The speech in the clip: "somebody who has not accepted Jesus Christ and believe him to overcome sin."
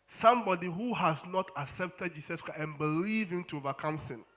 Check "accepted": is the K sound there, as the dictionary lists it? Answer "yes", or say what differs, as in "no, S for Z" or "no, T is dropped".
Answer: yes